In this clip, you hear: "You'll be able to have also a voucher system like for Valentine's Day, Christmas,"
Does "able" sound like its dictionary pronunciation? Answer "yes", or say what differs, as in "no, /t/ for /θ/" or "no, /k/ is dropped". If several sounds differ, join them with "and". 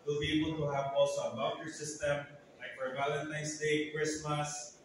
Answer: yes